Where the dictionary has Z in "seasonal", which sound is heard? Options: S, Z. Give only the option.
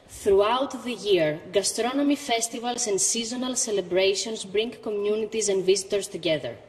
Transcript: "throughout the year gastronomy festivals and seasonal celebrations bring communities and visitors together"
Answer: Z